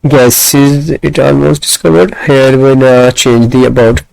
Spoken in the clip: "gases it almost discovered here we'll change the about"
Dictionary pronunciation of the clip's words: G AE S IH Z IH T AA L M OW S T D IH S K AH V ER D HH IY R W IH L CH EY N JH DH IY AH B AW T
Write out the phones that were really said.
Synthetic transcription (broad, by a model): G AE S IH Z IH T AA L M OW S T D IH S K AH V ER D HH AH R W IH N CH EY N JH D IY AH B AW T